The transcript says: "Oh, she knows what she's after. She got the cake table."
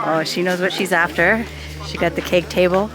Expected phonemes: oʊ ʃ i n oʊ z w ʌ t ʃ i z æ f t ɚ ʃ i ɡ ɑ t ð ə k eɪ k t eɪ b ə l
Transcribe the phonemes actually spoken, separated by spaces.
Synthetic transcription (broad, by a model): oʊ ʃ i n oʊ z w ʌ t ʃ i z æ f t ɚ ʃ i ɡ ɑ t ð ə k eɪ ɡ t eɪ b l